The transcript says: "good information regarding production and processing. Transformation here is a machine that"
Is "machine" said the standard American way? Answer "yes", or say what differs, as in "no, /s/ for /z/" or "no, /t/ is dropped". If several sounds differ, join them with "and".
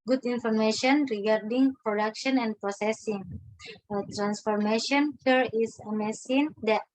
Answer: no, /s/ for /ʃ/